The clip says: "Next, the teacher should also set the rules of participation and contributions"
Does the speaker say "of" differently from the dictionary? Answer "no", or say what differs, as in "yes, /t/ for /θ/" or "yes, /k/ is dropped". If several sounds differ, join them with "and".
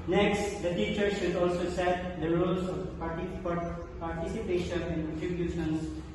yes, /p/ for /v/